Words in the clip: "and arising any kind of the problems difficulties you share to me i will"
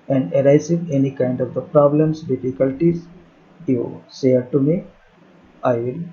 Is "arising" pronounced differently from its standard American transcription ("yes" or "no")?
yes